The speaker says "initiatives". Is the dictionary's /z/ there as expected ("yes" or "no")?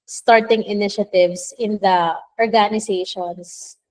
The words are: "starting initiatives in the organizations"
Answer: no